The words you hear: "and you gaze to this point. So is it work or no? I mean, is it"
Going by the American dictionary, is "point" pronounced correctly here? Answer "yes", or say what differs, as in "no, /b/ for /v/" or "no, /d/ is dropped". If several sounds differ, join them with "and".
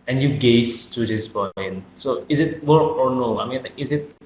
no, /b/ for /p/